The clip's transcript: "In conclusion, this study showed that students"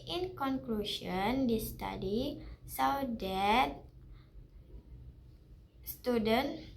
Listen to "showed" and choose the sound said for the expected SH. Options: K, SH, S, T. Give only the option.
S